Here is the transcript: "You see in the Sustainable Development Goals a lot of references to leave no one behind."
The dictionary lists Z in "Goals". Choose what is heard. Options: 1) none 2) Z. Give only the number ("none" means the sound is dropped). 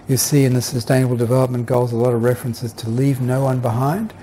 2